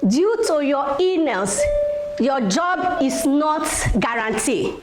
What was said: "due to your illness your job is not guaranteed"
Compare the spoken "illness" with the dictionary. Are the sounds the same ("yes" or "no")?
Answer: no